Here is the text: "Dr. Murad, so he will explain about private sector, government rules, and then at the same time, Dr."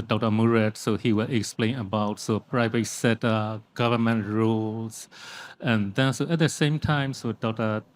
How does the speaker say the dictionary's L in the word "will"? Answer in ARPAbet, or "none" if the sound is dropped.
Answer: L